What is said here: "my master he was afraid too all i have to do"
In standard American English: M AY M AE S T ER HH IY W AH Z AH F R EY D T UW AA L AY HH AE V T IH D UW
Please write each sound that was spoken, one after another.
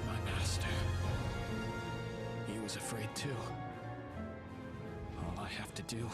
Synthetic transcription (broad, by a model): M AY M AE S T ER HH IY W AH Z AH F R EY D T UW AA L AY HH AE F T IH D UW